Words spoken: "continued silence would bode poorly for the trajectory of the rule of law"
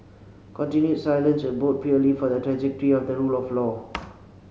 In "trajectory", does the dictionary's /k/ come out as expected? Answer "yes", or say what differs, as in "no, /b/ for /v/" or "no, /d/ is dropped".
yes